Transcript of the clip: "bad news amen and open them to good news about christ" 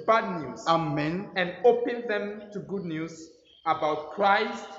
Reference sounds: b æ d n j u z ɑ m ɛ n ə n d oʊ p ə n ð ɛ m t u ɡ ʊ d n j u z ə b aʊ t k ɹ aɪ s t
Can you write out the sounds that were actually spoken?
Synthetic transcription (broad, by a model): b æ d n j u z ɑ m ɛ n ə n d oʊ p ə n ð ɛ m t u ɡ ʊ d n j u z ə b aʊ t k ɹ aɪ s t